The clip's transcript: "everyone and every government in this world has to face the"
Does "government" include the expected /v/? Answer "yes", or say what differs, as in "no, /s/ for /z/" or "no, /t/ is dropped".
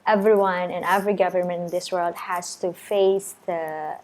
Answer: yes